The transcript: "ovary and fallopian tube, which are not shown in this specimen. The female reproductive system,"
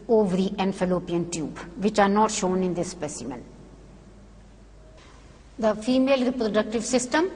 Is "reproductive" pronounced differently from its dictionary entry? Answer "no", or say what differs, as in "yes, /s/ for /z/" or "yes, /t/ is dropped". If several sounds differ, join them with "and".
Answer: no